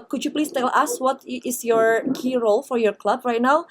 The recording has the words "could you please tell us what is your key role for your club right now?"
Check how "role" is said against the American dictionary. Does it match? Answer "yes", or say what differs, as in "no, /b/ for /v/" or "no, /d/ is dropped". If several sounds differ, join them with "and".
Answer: yes